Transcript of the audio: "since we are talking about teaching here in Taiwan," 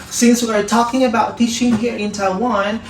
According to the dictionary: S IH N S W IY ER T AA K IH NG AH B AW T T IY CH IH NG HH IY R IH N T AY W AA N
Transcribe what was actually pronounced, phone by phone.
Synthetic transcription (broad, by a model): S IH N S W ER T AA K IH NG AH B AW T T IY SH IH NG HH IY R IH N T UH W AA N